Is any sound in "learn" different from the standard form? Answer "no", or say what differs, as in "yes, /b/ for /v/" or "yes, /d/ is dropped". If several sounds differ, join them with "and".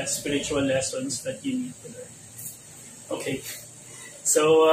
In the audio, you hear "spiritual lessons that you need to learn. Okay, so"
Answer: yes, /n/ is dropped